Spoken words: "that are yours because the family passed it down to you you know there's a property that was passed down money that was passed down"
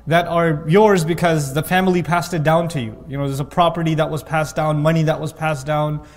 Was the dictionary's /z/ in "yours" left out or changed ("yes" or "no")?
no